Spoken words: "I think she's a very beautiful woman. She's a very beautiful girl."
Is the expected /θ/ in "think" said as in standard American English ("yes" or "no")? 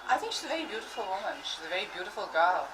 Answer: yes